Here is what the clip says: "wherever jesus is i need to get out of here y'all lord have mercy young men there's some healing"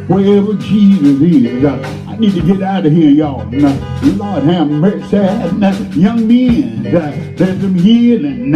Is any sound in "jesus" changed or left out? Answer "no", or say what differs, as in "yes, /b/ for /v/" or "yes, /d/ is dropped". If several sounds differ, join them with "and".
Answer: no